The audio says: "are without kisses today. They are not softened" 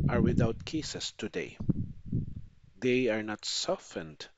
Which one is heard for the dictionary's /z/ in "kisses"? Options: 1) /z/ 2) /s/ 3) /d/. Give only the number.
2